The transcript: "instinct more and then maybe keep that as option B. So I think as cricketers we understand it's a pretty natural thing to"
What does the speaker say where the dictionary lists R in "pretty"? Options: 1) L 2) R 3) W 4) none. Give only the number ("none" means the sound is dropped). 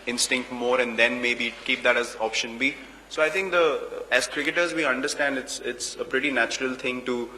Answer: 2